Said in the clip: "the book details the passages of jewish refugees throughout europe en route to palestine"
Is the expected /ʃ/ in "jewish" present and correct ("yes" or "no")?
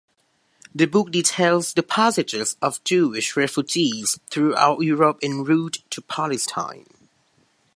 yes